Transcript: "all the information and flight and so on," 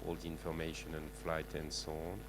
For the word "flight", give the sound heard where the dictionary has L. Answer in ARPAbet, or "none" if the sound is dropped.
L